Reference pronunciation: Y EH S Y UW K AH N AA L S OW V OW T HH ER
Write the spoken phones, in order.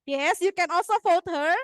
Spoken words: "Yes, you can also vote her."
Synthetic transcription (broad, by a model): Y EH S Y UW K AH N AA L S OW F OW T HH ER